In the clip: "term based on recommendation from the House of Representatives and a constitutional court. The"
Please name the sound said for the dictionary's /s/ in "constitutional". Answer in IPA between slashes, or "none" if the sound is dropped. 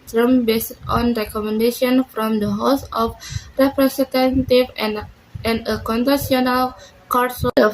none